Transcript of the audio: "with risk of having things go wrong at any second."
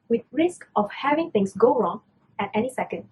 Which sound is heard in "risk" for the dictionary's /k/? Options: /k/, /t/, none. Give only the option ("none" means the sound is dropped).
/k/